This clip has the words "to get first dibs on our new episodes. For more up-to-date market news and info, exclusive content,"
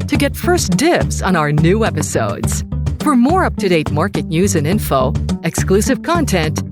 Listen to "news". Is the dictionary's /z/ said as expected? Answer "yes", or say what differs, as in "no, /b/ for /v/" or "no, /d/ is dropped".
yes